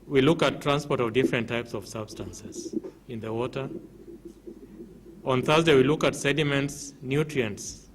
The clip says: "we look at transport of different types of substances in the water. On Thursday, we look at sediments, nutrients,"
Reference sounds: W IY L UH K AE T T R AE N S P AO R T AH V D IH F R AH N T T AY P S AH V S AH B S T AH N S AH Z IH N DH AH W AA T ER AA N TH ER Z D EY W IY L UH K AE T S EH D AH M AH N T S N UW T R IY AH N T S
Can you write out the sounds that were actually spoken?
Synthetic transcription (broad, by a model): W IY L UH K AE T T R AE N S P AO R T AH V D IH F R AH N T T AY P S AH V S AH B S T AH N S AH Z IH N DH AH W AA T ER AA N TH ER Z D EY W IY L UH K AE T S EH D AH M AH N T S N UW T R IY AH N T S